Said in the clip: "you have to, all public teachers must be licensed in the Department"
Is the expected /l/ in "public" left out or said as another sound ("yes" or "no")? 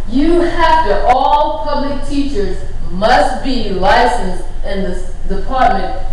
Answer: no